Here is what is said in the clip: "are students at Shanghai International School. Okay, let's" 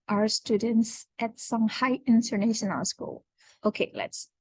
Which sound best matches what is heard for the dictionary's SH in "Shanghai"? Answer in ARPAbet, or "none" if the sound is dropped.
S